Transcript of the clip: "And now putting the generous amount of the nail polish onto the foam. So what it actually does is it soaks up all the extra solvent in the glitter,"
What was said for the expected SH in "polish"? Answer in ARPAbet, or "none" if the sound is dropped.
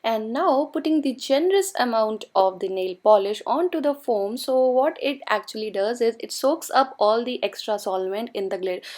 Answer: SH